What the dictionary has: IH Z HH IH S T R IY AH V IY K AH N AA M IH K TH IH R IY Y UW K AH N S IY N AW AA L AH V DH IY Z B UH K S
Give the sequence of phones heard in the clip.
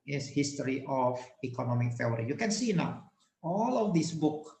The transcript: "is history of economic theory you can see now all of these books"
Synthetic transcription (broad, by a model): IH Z HH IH S T R IY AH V IY K AH N AA M IH K F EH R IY Y UW K AH N S IY N AW AA L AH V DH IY S B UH K